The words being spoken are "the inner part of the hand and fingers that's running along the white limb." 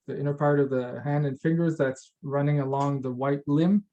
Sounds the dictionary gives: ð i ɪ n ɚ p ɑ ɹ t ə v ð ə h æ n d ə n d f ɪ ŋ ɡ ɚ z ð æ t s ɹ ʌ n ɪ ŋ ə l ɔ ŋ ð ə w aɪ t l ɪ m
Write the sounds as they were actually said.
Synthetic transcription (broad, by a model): ð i ɪ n ɚ p ɑ ɹ t ə v ð ə h æ n d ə n f ɪ ŋ ɡ ɚ z ð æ t s ɹ ʌ n ɪ ŋ ə l ɔ ŋ ð ə w aɪ t l ɪ m